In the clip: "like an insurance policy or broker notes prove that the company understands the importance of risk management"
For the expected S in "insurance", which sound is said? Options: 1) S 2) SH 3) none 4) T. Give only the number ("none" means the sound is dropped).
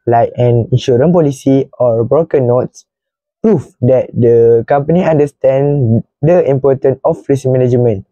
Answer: 3